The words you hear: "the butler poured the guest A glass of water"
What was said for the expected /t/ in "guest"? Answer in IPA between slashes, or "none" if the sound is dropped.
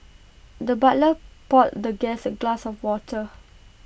none